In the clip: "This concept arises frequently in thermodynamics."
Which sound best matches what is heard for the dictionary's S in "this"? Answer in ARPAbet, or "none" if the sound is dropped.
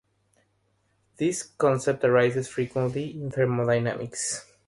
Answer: S